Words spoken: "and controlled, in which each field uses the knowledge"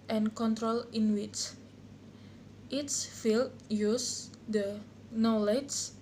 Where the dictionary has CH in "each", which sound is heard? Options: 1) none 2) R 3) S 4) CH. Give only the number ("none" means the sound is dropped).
3